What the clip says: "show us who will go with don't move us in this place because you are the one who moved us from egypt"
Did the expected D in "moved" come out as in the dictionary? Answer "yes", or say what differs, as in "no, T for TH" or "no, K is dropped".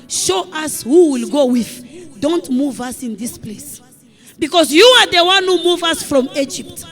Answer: no, D is dropped